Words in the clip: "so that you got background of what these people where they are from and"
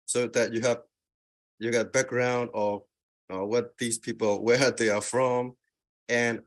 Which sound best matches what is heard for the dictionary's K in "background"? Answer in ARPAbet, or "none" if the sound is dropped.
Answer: K